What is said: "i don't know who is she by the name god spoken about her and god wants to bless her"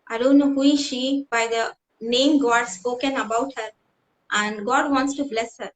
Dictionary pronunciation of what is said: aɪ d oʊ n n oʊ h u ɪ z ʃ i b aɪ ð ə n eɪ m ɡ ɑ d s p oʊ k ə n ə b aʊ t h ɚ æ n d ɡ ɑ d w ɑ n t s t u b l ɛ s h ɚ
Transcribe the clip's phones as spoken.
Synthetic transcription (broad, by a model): aɪ d oʊ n n oʊ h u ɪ ʃ i b aɪ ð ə n eɪ m ɡ ɑ d s p oʊ k ə n ə b aʊ t h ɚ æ n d ɡ ɑ d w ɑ n t s t u b l ɛ s h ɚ